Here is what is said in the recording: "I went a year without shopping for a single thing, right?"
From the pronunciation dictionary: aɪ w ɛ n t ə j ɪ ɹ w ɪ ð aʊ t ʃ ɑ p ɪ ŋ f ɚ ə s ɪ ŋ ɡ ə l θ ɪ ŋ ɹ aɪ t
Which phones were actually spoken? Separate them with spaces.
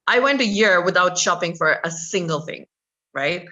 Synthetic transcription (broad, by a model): aɪ w ɛ n t ə j ɪ ɹ w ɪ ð aʊ t ʃ ɑ p ɪ ŋ f ɚ ə s ɪ ŋ ɡ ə l θ ɪ ŋ ɹ aɪ t